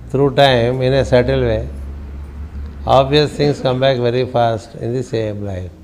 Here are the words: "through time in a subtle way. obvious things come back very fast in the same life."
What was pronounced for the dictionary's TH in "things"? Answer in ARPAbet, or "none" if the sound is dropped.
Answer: T